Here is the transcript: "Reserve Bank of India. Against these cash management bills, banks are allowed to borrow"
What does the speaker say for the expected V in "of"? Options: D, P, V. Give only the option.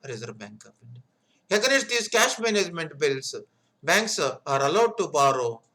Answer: P